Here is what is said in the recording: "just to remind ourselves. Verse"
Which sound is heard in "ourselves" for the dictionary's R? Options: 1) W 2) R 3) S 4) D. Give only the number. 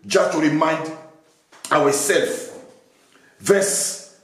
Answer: 1